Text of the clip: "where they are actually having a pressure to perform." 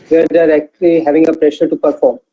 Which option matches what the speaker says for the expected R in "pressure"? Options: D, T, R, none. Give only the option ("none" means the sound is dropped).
R